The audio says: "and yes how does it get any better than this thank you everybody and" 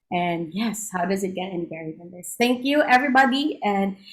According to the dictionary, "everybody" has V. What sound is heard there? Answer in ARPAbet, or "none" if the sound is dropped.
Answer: V